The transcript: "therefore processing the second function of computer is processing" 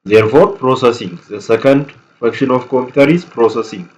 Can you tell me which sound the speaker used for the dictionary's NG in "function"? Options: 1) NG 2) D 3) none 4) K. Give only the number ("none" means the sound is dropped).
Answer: 3